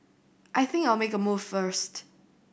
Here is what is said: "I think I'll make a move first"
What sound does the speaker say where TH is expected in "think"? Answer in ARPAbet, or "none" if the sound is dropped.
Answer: TH